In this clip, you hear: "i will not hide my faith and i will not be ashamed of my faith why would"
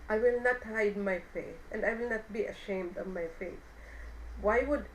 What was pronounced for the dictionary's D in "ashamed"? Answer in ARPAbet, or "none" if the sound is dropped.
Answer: D